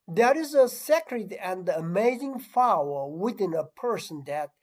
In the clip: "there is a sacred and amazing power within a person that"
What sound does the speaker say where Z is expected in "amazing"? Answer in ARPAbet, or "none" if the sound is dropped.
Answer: Z